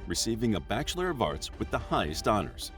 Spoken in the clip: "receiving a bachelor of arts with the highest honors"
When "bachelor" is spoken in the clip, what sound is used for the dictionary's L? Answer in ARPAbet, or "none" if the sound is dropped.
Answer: L